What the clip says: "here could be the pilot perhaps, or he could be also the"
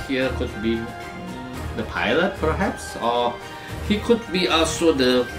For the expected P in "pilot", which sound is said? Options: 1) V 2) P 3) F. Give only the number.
2